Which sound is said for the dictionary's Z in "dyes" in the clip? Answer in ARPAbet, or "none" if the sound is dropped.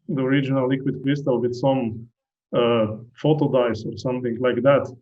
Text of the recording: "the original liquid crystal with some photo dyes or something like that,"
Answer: S